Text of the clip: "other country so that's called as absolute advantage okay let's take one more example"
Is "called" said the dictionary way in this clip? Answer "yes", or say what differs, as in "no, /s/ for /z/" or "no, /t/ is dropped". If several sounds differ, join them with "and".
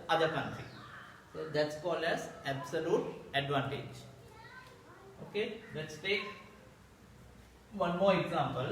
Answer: no, /d/ is dropped